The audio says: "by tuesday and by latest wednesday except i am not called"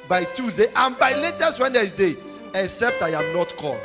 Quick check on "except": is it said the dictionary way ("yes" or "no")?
yes